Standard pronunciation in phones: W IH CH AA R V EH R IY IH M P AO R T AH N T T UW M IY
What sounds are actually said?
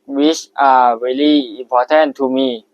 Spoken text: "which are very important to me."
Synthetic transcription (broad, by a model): W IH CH AA R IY L IY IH M P AO T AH N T T UW M IY